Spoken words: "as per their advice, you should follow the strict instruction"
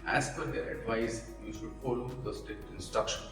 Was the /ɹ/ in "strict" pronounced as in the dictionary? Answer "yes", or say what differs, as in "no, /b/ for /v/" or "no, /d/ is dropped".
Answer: no, /ɹ/ is dropped